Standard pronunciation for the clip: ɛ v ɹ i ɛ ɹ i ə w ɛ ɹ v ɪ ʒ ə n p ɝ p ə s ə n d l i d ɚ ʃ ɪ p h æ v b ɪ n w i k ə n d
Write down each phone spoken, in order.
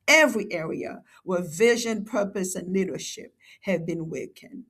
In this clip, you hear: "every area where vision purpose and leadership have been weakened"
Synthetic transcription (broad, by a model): ɛ v ɹ i ɛ ɹ i ə w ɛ ɹ v ɪ ʒ ə n p ɝ p ə s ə n l i d ɚ ʃ ɪ p h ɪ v b ɪ n w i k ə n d